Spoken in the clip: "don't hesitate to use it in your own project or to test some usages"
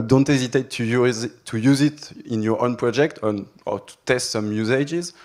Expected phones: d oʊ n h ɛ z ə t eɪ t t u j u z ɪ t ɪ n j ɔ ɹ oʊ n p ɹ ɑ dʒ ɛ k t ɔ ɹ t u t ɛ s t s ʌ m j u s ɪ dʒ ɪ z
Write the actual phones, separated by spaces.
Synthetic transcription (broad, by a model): d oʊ n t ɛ z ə t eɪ t t u j u z ɪ t ɪ n j ɔ ɹ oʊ n p ɹ ɑ dʒ ɛ k t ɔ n t u t ɛ s t s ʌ m j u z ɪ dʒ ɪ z